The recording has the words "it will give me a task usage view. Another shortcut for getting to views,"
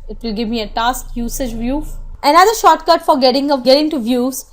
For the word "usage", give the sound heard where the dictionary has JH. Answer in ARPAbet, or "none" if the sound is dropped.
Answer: JH